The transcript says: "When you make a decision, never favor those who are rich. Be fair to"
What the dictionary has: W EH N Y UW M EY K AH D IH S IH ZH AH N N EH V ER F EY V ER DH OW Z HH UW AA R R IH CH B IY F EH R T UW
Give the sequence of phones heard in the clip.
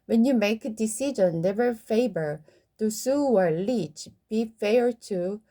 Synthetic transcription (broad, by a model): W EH N Y UW M EY K AH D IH S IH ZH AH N N EH V ER F EY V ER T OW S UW AA R L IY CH B IY F EH R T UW